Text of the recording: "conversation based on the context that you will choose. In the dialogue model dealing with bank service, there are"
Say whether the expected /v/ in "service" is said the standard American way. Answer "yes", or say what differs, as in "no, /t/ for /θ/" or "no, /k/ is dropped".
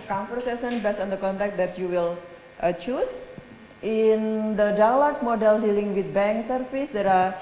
no, /f/ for /v/